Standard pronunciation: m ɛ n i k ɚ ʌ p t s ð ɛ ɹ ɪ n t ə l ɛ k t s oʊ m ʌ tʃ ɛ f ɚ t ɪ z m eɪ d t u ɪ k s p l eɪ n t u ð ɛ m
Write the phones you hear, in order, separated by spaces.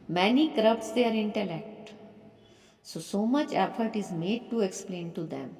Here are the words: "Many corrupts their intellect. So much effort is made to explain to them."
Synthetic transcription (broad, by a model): m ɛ n i k ɚ ʌ p t s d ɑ ɹ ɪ n t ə l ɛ k t s oʊ m ʌ tʃ ɛ f ɚ t ɪ z m eɪ d t u ɪ k s p l eɪ n t u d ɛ m